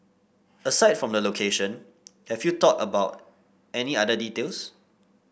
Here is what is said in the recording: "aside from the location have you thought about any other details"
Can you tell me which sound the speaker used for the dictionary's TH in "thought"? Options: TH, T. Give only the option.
T